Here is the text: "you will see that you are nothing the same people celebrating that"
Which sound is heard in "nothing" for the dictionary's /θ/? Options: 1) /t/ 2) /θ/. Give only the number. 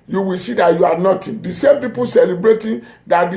1